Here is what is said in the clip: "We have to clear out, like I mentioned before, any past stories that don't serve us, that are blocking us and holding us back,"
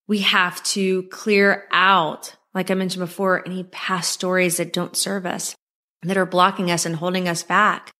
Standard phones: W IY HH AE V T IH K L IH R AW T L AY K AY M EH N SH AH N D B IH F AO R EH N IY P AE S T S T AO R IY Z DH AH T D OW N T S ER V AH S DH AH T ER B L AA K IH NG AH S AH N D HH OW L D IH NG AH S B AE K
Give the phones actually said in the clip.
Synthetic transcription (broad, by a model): W IY HH AE F T IH K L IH R AW T L AY K AY M EH N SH N B IH F AO R EH N IY P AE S S T AO R IY Z DH AH T D OW N T S ER V AH S DH AH T ER B L AA K IH NG AH S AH N HH OW L D IH NG AH S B AE K